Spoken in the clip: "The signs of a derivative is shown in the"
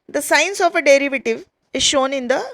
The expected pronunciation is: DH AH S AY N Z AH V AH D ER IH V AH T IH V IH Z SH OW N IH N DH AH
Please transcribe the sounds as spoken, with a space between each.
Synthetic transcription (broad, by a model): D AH S AY N S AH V AH D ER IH V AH T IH V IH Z SH OW N IH N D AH